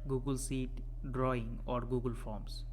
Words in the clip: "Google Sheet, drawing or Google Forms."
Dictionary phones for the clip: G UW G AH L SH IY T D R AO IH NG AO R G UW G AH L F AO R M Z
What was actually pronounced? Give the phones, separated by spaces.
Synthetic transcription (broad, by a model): G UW G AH L S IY T D R AO IH NG AO R G UW G AH L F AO R M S